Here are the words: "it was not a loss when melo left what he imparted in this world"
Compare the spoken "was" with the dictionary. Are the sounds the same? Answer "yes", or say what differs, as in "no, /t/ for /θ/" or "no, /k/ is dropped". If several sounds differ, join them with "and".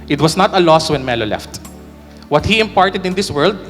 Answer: no, /s/ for /z/